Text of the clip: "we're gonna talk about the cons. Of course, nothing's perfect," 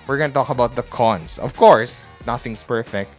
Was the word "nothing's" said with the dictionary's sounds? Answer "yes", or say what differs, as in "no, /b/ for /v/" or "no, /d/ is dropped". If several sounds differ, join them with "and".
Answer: no, /s/ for /z/